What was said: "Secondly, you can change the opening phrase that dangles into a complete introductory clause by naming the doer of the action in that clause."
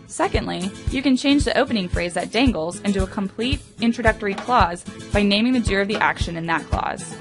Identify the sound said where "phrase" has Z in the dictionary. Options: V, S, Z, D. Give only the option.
Z